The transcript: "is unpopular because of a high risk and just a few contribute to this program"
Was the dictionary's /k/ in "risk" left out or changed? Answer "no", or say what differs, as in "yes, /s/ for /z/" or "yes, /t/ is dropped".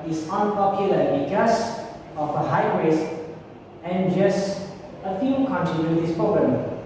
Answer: yes, /k/ is dropped